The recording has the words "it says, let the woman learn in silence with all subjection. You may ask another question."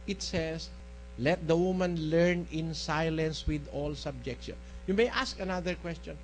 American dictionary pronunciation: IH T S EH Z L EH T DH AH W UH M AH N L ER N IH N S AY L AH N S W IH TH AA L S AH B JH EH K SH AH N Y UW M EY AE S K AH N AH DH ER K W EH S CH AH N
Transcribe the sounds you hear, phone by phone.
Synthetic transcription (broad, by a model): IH T S EH S L EH T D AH W UH M AH N L ER N IH N S AY L AH N S W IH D AA L S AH B JH EH K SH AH N Y UW M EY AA S K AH N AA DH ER K W EH S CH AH N